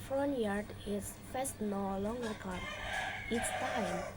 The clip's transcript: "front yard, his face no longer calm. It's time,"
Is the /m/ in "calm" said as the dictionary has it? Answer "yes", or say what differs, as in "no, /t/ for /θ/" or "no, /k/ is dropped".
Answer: no, /m/ is dropped